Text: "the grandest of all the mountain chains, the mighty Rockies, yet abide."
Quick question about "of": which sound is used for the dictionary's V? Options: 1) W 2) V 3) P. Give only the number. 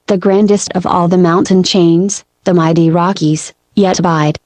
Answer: 2